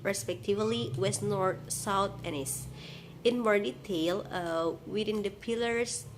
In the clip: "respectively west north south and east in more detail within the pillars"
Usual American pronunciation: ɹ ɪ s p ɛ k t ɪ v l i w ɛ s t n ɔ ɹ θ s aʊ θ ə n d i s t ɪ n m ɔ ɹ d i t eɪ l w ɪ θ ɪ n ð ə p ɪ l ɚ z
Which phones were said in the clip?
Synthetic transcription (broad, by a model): ɹ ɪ s p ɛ k t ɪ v l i w ɛ s t n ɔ ɹ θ s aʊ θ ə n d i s ɪ n m ɔ ɹ d i t eɪ l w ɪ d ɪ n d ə p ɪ l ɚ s